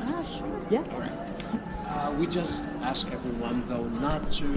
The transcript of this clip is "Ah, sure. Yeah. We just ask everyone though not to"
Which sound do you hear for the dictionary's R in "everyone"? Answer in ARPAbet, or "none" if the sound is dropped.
R